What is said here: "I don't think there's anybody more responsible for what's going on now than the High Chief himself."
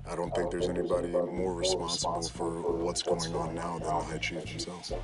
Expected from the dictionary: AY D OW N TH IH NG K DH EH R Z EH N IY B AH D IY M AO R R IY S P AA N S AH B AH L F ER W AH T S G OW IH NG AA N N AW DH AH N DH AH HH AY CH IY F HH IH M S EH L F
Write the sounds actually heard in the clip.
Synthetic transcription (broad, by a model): AY D OW N TH IH NG K DH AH R Z EH N IY B AH D IY M AO R R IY S P AA N S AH B L F ER W AH T S G OW IH NG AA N N AW DH AH N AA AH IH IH CH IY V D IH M S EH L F